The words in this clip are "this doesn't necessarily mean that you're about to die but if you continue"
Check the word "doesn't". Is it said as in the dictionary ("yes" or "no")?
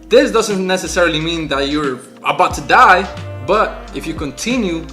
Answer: yes